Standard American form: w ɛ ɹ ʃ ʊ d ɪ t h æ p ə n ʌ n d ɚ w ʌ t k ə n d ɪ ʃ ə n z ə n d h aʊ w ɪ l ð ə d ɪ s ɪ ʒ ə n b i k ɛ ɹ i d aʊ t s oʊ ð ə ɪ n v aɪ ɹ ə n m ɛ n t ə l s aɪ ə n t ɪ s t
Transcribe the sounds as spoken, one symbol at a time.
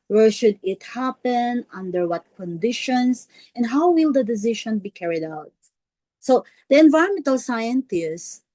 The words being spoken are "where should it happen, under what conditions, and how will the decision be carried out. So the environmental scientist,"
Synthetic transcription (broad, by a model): w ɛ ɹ ʃ ʊ d ɪ t h æ p ə n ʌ n d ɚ w ʌ t k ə n d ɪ ʃ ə n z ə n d h aʊ w ɪ l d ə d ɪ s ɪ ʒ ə n b i k ɛ ɹ i d aʊ t s oʊ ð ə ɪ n v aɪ ə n m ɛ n t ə l s aɪ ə n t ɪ s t